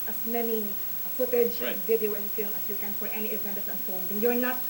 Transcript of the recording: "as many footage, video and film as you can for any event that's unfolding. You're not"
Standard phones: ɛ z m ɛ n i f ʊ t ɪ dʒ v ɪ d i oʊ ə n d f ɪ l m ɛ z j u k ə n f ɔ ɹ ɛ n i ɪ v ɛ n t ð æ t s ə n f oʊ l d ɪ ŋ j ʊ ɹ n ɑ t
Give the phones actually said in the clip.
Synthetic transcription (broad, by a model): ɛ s m ɛ n i f ʊ t ɪ dʒ v ɪ d i oʊ ə n d f ɪ l m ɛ s j u k ə n f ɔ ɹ ɛ n i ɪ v ɛ n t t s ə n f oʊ n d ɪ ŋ j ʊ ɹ n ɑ t